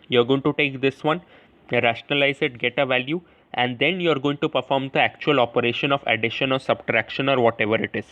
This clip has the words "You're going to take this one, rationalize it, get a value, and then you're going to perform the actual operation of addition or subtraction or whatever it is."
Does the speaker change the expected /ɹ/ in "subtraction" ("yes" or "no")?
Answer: no